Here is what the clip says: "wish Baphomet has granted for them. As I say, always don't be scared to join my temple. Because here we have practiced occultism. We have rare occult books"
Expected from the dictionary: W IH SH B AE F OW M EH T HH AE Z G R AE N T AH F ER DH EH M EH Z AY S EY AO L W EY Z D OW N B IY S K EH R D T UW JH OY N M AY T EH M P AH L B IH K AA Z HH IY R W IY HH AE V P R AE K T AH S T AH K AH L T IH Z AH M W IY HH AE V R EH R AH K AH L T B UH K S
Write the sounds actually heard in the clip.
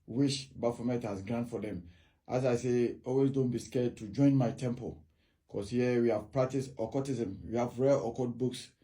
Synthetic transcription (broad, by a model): W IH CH B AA F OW M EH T HH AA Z G R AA N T F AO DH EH M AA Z AY S EY AO L W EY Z D OW N B IY S K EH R D T UW JH OY N M AY T EH M P AH L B K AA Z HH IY W IY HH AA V P R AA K T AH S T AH K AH T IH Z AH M W IY HH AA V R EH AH K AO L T B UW K S